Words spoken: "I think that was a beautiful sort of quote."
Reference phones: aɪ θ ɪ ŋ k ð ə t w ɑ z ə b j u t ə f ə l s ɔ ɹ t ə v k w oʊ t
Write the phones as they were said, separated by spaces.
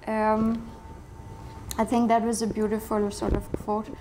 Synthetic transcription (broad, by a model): aɪ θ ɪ ŋ k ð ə t w ɑ z ə b j u t ə f ə l s ɔ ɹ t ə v k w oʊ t